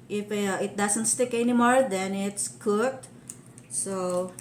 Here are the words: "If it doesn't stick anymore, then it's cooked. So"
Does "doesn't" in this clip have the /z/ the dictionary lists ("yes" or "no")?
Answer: no